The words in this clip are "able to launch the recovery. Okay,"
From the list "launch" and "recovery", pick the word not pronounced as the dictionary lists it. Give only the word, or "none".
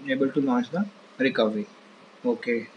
launch